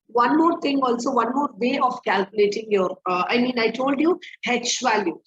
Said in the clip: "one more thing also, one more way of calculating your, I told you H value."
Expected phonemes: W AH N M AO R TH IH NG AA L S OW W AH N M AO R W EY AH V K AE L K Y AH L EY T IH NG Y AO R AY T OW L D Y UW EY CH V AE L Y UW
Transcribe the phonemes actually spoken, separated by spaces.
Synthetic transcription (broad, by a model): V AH N M AO R T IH NG AA L S OW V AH N M AO R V EY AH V K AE L K Y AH L EY T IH NG Y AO R AY T OW L D Y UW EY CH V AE L Y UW